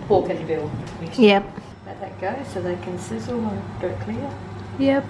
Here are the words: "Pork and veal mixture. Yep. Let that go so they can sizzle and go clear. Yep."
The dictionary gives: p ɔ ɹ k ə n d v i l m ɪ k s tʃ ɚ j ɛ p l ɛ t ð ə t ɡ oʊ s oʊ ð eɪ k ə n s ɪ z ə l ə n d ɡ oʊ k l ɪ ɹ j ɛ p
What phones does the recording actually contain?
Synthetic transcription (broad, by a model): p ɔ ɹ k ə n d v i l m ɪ s j ɛ p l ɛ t ð ə t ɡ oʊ s oʊ ð eɪ k ə n s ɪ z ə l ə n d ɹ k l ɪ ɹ j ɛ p